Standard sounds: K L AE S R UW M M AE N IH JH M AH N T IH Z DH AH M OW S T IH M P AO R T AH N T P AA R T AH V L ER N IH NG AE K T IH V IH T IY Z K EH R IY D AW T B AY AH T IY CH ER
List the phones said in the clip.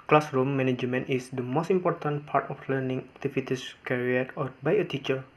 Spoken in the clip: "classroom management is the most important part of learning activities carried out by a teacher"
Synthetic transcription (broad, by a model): K L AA S R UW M M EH N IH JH M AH N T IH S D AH M OW S T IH M P AO R T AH N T P AA R T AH F L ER N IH NG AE K T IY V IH T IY S K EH R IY AW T B AY AH T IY CH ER